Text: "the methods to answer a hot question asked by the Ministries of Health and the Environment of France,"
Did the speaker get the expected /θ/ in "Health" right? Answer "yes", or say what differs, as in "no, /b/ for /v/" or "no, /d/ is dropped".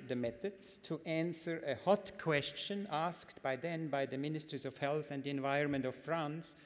yes